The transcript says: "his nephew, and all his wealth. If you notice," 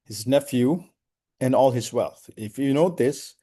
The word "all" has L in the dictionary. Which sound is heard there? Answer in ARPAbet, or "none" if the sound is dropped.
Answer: L